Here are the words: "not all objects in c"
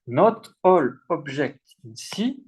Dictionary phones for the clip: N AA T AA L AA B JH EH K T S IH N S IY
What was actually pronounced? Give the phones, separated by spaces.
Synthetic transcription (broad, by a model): N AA T AA L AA B ZH EH K T IH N S IY